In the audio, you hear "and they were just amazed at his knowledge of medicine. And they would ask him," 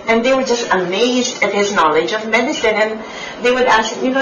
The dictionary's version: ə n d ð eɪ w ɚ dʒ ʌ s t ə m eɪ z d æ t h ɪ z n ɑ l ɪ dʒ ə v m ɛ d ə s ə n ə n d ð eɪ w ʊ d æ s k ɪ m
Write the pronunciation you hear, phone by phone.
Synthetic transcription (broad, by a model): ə n ð eɪ w ɚ dʒ ʌ s t ə m eɪ z d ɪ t h ɪ z n ɑ l ɪ dʒ ə v m ɛ d ə s ə n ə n ð eɪ w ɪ d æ s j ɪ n